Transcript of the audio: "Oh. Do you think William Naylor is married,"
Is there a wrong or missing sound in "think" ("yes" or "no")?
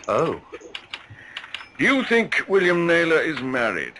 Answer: no